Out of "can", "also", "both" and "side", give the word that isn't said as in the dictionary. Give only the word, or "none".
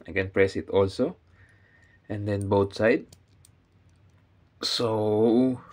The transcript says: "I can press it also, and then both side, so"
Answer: both